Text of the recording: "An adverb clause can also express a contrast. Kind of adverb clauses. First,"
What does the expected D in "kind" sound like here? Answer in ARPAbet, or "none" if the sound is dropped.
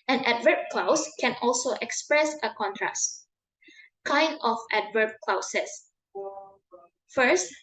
D